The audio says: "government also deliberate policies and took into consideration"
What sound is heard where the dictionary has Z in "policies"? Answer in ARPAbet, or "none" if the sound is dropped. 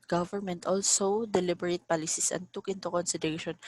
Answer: S